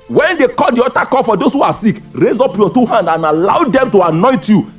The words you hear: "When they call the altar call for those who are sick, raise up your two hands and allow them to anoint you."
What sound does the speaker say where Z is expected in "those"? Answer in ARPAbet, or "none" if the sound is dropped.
S